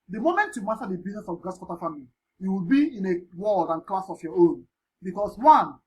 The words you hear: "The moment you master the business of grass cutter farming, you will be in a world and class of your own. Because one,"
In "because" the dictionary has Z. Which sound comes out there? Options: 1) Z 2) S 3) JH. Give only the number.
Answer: 2